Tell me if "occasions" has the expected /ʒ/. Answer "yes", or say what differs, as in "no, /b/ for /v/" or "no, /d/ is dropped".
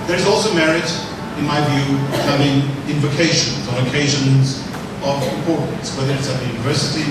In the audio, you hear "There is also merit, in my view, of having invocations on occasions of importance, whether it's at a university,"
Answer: yes